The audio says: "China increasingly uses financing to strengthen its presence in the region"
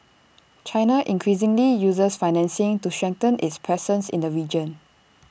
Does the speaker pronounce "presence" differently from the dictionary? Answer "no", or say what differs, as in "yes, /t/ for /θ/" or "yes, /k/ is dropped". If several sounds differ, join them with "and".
yes, /s/ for /z/